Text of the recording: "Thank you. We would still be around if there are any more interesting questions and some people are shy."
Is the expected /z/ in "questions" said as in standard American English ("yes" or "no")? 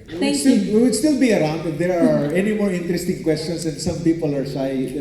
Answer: no